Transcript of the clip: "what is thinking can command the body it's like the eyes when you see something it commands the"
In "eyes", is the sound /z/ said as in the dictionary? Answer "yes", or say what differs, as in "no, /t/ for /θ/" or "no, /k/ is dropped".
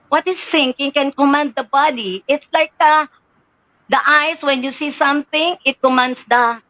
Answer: no, /s/ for /z/